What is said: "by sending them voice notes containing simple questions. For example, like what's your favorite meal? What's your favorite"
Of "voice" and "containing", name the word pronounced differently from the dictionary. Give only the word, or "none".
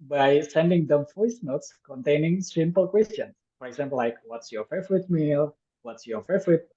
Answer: voice